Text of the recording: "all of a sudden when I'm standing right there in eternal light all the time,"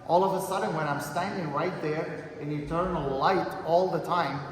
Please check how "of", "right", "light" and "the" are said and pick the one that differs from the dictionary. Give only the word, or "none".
none